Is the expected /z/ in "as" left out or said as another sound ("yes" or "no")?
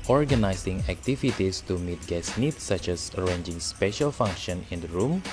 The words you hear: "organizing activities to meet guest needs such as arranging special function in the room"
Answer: yes